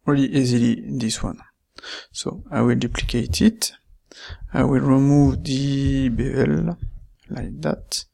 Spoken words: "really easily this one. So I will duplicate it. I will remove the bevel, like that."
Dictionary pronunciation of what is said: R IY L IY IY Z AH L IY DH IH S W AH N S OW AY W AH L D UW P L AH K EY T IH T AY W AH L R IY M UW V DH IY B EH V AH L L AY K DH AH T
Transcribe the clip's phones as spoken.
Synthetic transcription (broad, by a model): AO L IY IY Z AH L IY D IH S W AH N S OW AY W AH L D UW P L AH K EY T IH T AY W AH L R IY M UW V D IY B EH AH L L AY K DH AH T